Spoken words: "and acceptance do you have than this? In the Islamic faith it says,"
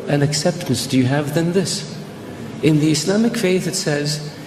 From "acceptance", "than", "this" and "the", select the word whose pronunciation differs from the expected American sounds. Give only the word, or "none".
none